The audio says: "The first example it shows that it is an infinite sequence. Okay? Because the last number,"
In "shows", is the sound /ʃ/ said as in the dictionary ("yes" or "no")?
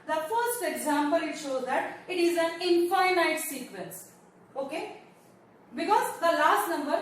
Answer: yes